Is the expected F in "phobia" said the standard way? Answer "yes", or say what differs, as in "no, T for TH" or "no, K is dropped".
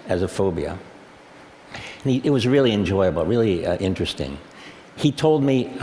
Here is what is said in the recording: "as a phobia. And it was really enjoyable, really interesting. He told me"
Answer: yes